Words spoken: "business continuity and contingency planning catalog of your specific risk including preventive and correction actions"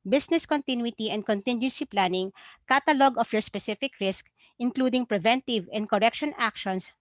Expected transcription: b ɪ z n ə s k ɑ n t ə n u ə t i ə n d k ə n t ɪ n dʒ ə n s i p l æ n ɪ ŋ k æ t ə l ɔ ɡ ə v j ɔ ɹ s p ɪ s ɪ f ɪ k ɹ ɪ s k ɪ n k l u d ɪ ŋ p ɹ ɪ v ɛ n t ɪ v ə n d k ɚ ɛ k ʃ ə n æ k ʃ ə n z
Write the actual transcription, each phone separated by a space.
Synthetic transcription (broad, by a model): b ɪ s n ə s k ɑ n t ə n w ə t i ə n d k ə n t ɪ n dʒ ə n s i p l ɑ n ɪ ŋ k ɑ t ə l ɔ ɡ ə f j ɔ ɹ s p ɪ s ɪ f ɪ k ɹ ɪ s k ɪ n k l u d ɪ ŋ p ɹ ɪ v ɛ n t ɪ v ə n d k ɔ ɛ k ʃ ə n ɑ k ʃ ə n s